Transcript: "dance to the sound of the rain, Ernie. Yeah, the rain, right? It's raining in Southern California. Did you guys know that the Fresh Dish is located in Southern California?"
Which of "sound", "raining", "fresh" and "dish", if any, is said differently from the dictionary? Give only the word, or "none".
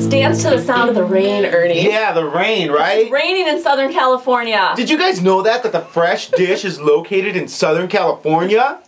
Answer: none